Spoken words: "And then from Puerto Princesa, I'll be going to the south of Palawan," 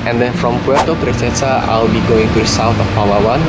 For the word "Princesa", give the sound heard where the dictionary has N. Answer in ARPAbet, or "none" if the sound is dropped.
none